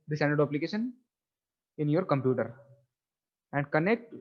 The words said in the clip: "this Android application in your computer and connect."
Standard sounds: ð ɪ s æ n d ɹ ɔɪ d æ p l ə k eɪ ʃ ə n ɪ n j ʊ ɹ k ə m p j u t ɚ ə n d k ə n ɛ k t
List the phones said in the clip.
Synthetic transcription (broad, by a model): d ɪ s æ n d ʌ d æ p l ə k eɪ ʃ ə n ɪ n j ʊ ɹ k ə m p j u t ɚ ə n d k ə n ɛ k t